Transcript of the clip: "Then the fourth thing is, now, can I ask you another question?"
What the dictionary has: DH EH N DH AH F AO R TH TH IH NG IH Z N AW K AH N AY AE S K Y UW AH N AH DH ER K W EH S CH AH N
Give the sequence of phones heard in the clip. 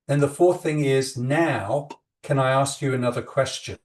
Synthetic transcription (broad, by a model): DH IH N DH AH F AO R TH TH IH NG IH Z N AW K AH N AY AE S K Y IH AH N AH DH ER K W EH S CH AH N